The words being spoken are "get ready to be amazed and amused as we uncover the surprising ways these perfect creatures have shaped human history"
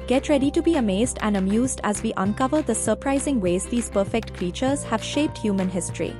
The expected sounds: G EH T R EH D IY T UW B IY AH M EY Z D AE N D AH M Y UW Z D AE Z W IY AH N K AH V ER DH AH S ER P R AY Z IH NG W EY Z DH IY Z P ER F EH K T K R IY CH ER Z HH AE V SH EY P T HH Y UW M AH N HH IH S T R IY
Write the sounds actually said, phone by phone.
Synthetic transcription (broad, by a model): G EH T R EH D IY T UW B IY AH M EY Z D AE N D AH M Y UW Z D AE Z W IY AH N K AH V ER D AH S ER P R AY Z IH NG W EY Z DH IY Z P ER F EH K T K R IY CH ER Z HH AE V SH EY P T HH Y UW M AH N HH IH S T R IY